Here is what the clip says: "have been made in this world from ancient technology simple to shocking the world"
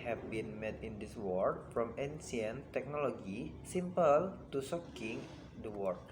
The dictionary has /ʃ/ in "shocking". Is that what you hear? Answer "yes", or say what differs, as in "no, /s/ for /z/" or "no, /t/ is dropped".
no, /s/ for /ʃ/